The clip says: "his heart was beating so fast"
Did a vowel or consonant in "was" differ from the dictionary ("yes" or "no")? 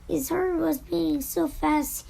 no